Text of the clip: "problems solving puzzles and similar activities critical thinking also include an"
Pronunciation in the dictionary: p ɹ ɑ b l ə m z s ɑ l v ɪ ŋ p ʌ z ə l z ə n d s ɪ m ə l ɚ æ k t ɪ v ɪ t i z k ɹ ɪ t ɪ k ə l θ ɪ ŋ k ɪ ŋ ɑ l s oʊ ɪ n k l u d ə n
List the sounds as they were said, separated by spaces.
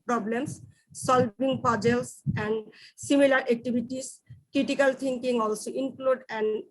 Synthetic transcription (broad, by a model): p ɹ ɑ b l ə m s s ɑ l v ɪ ŋ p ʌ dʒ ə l s ə n d s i m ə l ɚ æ k t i b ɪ t i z k ɹ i t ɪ k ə l t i ŋ k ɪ ŋ ɑ l s oʊ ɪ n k l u d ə n